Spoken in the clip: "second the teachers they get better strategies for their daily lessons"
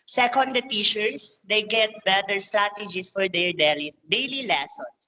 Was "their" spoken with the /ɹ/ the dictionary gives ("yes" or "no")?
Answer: no